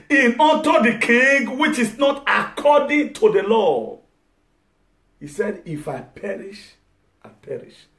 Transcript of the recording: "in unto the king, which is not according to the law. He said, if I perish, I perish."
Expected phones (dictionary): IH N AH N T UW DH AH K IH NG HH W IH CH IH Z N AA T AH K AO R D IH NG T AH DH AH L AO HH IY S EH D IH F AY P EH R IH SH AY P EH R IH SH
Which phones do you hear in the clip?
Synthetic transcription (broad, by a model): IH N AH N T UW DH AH K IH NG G W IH CH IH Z N AA T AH K AO D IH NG T AH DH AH L AO HH IY S EH D IH F AY P EH R IH SH AY P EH R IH SH